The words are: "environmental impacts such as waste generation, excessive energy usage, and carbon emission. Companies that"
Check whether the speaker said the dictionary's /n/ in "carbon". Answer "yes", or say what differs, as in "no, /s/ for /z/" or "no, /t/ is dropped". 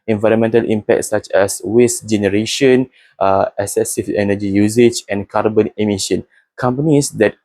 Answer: yes